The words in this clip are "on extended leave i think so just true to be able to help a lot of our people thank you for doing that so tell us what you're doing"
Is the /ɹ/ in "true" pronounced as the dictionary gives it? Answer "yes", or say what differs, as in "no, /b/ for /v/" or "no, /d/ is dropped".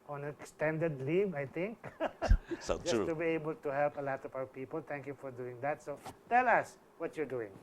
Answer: no, /ɹ/ is dropped